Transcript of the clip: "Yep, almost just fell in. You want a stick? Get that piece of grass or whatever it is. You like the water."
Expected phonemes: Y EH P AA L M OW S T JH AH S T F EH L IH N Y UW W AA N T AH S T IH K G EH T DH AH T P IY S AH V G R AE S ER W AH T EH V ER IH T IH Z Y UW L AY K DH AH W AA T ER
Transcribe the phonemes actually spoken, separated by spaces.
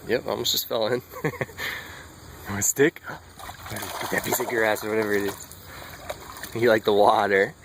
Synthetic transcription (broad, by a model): Y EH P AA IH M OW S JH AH S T F EH L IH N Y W AH S T IH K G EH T DH AH T B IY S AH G R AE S ER W AH T EH V ER IH T IH Z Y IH L AY K DH AH W AA T ER